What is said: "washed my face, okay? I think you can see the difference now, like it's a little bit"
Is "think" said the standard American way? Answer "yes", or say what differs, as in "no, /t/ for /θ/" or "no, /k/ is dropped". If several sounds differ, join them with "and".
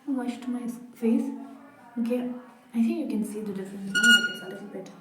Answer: no, /t/ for /θ/